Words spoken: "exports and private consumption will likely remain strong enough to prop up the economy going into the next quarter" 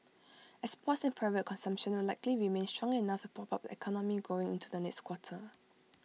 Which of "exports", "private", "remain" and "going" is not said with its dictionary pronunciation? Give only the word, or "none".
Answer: exports